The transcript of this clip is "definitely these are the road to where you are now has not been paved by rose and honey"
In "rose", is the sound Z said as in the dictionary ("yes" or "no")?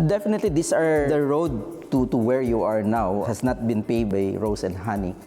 no